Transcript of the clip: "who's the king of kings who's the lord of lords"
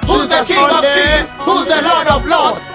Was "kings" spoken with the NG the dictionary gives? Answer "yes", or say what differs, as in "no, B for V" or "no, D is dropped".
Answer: no, NG is dropped